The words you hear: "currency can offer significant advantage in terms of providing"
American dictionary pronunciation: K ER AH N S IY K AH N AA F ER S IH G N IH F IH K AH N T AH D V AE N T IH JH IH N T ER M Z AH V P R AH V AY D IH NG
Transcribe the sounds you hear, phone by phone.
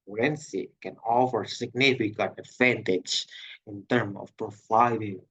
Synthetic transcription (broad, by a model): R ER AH N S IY K AH N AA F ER S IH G N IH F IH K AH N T AH D V AE N T IH JH IH N T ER M AH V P R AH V AY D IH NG